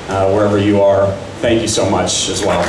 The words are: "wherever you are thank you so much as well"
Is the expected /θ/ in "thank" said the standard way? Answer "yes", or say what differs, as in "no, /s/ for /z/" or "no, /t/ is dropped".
yes